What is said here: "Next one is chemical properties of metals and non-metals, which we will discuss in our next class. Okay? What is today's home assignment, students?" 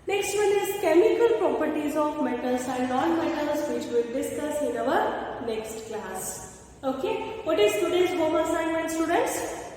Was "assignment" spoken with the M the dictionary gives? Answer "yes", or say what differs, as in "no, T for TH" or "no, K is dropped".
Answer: no, M is dropped